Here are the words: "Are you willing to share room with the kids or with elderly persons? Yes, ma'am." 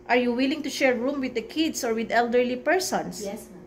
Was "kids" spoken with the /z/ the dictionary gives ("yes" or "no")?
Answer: no